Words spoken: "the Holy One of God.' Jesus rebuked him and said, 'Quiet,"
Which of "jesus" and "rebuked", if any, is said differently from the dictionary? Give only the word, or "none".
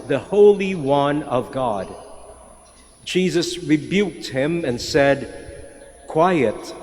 none